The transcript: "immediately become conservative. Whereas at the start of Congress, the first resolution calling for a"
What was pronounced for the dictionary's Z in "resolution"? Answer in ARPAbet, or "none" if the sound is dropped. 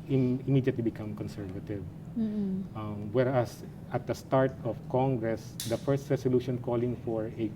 S